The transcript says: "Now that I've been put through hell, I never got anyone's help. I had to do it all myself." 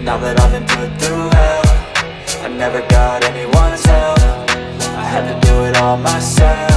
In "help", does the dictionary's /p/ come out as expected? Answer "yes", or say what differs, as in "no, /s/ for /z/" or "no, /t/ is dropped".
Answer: no, /f/ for /p/